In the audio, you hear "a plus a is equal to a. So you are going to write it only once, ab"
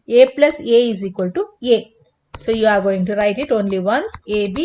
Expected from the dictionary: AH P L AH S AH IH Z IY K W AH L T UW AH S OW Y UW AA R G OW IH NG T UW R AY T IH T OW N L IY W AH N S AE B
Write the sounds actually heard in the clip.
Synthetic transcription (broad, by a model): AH P L AH S AH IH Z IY K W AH L T UW AH S OW Y UW AA R G OW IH NG T UW R AY T IH T OW N L IY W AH N S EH B